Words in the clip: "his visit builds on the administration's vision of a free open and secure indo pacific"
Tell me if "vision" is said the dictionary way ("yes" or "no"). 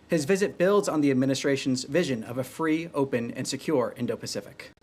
yes